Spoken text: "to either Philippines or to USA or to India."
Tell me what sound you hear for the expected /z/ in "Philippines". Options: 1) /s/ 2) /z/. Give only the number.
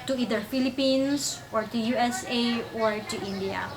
1